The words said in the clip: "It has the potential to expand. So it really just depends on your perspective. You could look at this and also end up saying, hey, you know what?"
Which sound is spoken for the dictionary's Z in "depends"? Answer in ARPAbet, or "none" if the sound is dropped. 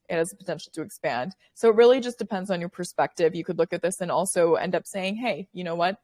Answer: Z